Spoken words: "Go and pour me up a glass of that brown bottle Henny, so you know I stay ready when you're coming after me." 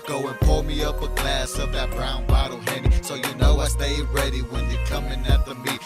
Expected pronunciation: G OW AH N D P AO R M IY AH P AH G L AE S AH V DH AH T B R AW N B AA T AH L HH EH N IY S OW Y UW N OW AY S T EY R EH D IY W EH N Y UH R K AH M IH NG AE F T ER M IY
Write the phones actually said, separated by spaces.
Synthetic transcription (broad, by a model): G OW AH N P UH L M IY AH P AH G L AE S AH V DH AH T B R AW N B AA T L HH EH N IY S OW Y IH N OW AY S T EY R EH D IY W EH N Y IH K AH M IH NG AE T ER M IY